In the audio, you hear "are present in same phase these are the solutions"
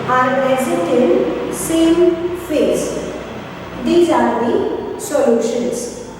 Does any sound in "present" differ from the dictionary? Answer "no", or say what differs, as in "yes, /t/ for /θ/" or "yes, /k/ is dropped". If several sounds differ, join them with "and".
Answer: yes, /n/ is dropped